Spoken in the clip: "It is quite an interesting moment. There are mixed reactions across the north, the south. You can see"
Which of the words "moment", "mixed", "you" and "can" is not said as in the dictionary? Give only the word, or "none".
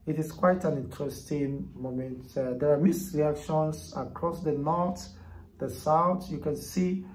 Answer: mixed